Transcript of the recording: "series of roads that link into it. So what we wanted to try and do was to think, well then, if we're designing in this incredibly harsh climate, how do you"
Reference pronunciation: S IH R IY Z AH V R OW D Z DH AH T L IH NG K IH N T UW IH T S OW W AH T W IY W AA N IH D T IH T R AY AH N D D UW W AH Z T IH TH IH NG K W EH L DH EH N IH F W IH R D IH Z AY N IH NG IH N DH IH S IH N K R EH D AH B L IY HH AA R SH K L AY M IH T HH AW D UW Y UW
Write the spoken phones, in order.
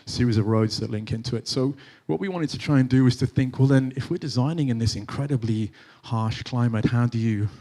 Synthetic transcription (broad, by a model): S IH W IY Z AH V R OW D Z DH AH T L IH NG K IH N T UW IH T S OW W AH T W IY W AA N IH D T IH T R AY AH N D D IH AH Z T IH TH IH NG K W EH L DH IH N IH F W IH R D IH Z AY N IH NG IH N DH IH S IH N K R EH D AH B L IY HH AA R SH K L AY M IH T HH AW D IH Y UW